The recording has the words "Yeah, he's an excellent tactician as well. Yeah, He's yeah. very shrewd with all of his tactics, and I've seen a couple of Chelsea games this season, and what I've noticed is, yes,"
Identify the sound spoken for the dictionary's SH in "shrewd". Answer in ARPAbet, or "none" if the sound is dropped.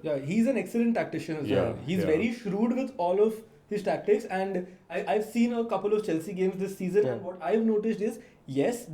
SH